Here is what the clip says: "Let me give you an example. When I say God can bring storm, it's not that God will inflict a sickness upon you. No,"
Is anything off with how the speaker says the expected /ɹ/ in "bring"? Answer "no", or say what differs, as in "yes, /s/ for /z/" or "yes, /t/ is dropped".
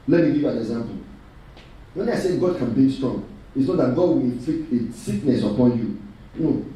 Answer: yes, /ɹ/ is dropped